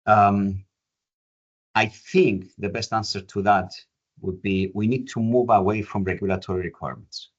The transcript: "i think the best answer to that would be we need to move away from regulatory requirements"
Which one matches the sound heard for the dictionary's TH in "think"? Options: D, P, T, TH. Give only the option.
TH